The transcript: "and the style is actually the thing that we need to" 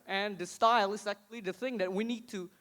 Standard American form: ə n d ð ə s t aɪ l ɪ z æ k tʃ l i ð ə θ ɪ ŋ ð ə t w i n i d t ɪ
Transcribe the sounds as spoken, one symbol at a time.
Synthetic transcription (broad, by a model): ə n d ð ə s t aɪ l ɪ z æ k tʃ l i ð ə θ ɪ ŋ ð ə t w i n i d t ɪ